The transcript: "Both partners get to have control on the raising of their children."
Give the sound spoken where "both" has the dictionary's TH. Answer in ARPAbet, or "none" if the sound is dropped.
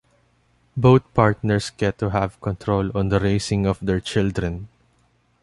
T